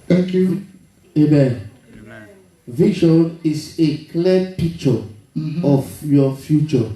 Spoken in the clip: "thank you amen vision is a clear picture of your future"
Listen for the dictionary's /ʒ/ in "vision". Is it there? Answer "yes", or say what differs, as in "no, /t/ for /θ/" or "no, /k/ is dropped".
no, /ʃ/ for /ʒ/